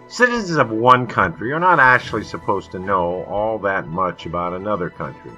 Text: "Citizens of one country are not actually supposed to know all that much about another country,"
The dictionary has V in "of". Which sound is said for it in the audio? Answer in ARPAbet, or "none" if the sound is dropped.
V